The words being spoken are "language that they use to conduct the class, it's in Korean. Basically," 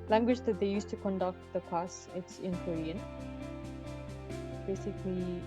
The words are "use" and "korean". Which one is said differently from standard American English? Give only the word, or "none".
none